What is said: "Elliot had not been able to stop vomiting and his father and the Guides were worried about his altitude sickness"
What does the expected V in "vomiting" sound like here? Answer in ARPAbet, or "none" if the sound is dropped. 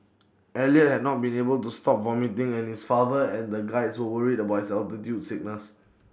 V